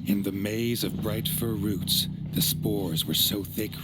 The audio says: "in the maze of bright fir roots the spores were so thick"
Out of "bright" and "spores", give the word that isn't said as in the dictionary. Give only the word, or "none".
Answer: none